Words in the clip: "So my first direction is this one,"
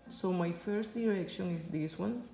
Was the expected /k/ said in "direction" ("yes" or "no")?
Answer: yes